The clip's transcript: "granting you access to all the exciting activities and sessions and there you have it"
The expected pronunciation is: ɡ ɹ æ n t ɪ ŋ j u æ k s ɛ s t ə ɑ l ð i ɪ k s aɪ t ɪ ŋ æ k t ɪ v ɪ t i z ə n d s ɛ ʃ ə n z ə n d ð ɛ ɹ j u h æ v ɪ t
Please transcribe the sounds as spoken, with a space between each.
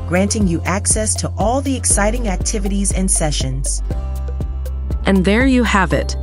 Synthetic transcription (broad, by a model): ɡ ɹ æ n t ɪ ŋ j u æ k s ɛ s t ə ɑ l ð i ɪ k s aɪ t ɪ ŋ æ k t ɪ v ɪ t i z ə n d s ɛ ʃ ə n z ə n ð ɛ ɹ j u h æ v ɪ t